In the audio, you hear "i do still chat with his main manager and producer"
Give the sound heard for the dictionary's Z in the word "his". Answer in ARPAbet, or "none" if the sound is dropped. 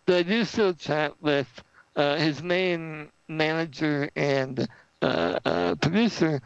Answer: Z